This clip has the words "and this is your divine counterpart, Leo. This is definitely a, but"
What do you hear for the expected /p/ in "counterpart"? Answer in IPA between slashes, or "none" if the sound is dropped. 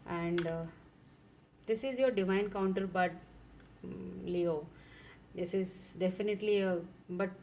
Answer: /b/